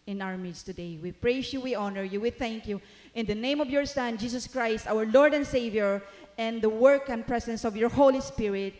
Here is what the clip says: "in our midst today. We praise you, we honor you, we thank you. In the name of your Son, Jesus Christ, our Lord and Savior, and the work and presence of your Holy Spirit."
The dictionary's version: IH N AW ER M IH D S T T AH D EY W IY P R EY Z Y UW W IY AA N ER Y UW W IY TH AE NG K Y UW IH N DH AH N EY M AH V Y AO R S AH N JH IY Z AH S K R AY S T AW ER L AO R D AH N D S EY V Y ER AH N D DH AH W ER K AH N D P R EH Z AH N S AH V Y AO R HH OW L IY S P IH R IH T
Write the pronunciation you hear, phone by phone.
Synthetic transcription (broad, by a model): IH N AW ER M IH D S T T AH D EY W IY P R EY S Y UW W IY AA N ER Y UW W IY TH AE NG K Y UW IH N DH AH N EY M AH V Y AO R S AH N JH IY S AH S K R AY S T AW ER L AO R D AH N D S EY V Y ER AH N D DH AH W ER K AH N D P R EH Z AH N S AH V Y AO R HH OW L IY S P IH R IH T